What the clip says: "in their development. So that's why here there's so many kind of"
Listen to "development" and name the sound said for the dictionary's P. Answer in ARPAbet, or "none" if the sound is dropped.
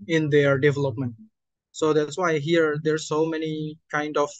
P